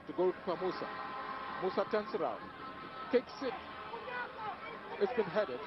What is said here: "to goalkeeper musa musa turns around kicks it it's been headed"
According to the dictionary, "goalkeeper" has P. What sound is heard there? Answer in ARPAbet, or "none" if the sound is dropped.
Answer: none